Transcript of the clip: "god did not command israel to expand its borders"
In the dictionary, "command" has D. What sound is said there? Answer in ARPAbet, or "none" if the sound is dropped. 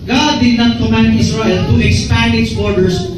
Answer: none